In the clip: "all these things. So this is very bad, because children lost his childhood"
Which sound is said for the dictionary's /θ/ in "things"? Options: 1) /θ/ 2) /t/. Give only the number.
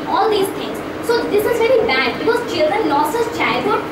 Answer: 2